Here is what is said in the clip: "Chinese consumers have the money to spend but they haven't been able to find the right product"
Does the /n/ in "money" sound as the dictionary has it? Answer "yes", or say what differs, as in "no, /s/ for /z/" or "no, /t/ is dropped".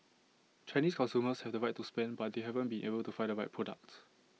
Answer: no, /n/ is dropped